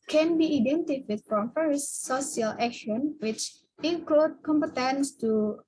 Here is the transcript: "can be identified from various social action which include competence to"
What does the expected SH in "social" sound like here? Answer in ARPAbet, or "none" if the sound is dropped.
S